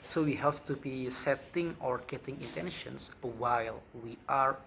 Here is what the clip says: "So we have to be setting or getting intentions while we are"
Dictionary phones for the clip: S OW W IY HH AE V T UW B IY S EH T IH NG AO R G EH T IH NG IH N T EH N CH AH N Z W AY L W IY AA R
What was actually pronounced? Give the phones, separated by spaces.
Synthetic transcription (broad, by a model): S OW W IY HH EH P T UW B IY S EH T IH NG AO R G EH T IH NG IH N T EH N SH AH N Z W AY L W IY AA R